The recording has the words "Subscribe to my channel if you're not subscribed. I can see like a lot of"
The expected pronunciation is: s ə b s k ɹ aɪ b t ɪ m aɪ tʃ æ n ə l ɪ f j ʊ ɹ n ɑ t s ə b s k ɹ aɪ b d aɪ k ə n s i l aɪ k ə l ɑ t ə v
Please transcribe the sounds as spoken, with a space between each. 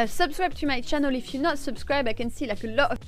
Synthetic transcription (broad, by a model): s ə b s k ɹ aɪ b t ɪ m aɪ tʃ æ n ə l ɪ f j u n ɑ t s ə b s k ɹ aɪ b aɪ k ə n s i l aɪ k ə l ɑ t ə